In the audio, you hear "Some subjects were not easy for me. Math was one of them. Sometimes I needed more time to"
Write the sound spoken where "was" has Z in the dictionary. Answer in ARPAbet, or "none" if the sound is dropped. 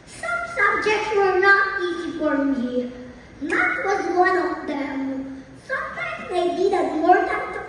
Z